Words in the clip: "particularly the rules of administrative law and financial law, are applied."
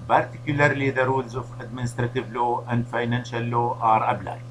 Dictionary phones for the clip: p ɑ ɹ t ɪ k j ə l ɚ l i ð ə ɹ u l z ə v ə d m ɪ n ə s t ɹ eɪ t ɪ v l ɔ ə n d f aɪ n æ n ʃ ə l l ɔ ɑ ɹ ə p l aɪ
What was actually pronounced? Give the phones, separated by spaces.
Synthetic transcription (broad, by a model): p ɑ ɹ t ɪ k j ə l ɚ l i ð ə ɹ u l z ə f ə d m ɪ n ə s t ɹ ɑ t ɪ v l ɔ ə n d f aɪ n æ n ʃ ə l l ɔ ɑ ɹ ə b l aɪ